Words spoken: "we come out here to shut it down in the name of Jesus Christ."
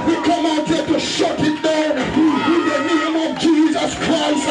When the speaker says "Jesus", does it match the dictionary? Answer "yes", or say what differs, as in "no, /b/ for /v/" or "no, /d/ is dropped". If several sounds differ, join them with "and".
yes